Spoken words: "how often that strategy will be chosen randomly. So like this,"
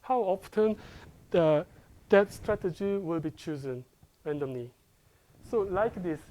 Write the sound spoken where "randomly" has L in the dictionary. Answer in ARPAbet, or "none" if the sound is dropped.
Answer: N